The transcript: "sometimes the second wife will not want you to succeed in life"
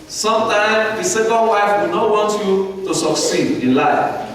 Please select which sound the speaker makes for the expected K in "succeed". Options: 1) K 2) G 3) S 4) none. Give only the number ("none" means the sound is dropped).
1